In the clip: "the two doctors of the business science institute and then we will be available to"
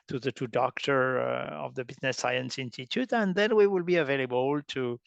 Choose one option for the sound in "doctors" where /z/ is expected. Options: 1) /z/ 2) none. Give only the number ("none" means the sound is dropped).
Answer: 2